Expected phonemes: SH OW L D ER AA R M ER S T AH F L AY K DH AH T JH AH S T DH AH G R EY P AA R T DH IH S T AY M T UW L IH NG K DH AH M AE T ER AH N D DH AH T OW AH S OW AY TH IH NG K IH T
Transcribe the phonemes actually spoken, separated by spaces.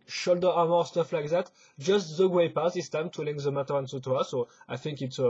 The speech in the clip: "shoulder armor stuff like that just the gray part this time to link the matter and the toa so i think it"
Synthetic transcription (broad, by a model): SH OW L D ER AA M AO S T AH F L AY K DH AH T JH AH S T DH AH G W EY P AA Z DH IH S T AY M T UW L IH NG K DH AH M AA T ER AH N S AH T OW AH S OW AY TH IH NG K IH T